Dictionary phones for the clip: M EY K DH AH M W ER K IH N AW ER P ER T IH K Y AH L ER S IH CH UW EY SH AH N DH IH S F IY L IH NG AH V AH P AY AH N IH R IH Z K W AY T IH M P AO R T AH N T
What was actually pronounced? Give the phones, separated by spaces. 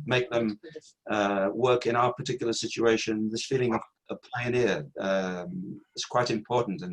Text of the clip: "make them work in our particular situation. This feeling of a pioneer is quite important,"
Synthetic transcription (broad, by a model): M EY K DH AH M W ER K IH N AW ER P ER T IH K Y L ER S IH CH UW EY SH AH N DH IH S F IY L IH NG AH V AH P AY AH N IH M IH S K W AY T IH M P AO R T N T